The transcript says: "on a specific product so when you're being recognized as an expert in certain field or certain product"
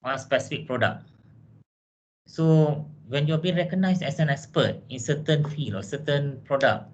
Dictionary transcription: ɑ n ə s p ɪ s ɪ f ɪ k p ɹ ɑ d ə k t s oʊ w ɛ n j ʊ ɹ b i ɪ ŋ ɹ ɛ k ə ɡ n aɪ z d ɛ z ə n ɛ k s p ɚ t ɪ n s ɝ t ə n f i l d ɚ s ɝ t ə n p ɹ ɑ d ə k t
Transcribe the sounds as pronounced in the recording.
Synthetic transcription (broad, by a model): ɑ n s p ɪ s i f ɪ k p ɹ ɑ d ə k s oʊ w ɛ n j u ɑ b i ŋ ɹ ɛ k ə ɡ n aɪ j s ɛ s ə n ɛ k s p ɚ t ɪ n s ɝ t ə n f i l ɔ s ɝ t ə n p ɹ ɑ d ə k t